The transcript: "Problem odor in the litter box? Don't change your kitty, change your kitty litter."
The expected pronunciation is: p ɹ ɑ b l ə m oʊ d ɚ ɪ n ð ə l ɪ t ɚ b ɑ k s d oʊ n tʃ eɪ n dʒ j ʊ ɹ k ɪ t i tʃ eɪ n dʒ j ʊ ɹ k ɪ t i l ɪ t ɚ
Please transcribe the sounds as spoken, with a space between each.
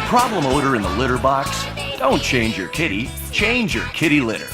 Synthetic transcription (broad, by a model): p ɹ ɑ b l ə m oʊ d ɚ ɪ n ð ə l ɪ t ɚ b ɑ k s d oʊ n tʃ eɪ n dʒ j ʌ ɹ k ɪ t i tʃ eɪ n dʒ j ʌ ɹ k ɪ t i l ɪ t ɚ